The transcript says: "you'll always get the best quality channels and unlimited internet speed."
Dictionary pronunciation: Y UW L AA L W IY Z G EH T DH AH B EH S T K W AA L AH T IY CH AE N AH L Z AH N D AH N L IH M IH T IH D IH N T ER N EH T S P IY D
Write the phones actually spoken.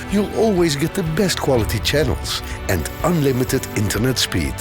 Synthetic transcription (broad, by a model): Y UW L AA L W IY Z G EH T DH AH B EH S T K W AA L AH T IY CH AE N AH L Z AH N D AH N L IH M IH T IH D IH N T ER N EH T S P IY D